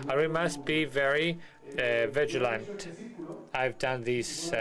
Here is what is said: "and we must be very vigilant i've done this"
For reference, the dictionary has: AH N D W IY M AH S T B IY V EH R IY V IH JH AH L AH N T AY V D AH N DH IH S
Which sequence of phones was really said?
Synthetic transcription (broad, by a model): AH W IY M AH S T B IY V EH R IY V IH JH AH L AH N T AY V D AH N DH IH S